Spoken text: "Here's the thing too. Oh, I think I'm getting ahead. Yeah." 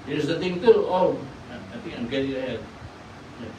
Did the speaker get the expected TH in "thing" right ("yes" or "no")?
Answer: no